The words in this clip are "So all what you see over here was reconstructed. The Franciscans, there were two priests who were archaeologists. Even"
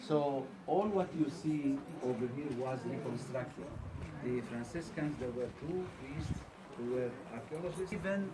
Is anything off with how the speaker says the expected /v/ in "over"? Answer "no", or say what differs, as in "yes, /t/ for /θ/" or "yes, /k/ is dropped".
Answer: no